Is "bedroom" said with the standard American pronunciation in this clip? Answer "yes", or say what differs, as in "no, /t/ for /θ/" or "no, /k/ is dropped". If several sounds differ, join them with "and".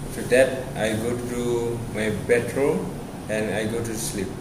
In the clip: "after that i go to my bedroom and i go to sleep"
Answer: no, /m/ is dropped